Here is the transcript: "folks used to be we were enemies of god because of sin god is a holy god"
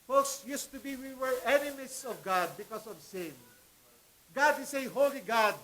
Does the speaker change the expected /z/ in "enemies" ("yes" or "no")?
yes